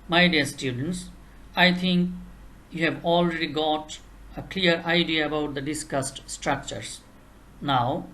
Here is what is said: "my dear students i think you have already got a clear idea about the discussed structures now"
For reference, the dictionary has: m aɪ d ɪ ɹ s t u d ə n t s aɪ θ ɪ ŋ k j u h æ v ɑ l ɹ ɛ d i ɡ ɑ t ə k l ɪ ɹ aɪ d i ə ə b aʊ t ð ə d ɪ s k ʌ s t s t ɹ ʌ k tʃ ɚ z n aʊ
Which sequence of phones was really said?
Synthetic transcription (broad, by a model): m aɪ d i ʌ s t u d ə n t s aɪ t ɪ ŋ k j u h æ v ɑ l ɹ ɛ d i ɡ ɑ t ə k l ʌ ɹ aɪ d i ə ə b aʊ t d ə d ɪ s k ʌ s t s t ɹ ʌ k tʃ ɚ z n aʊ